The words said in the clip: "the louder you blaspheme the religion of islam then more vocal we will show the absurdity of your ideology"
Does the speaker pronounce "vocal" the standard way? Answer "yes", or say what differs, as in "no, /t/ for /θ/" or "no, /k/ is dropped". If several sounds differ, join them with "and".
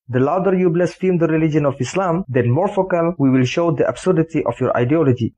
no, /f/ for /v/